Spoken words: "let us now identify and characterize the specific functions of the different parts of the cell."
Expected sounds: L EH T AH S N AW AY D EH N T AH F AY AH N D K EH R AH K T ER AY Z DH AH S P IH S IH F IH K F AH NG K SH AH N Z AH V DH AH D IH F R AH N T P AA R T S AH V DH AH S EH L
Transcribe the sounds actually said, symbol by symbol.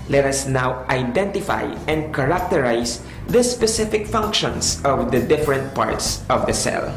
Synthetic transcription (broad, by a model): L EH T AH S N AW AY D EH N T AH F AY AH N D K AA R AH K T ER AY S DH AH S P IH S IH F IH K F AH NG K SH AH N S AH V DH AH D IH F R AH N T P AA R T S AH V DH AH S EH L